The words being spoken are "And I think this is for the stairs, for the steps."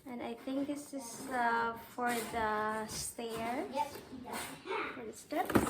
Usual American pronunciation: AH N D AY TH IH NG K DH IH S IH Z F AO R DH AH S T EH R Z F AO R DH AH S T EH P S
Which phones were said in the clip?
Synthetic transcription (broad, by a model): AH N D AY TH IH NG K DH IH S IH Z F AO R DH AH S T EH R F AO R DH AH S T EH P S